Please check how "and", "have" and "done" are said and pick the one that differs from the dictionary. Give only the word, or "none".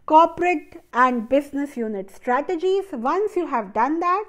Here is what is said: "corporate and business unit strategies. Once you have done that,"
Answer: none